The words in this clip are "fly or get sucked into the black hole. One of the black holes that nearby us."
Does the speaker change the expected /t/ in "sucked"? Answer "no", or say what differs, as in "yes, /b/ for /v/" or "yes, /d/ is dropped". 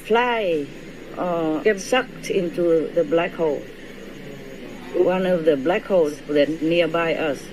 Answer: no